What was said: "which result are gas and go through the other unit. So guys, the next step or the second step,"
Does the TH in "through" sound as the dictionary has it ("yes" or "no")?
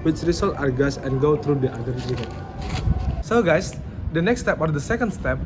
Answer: no